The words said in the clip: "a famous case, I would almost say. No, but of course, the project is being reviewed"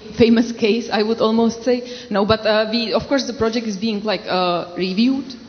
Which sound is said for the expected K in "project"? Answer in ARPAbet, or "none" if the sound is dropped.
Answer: K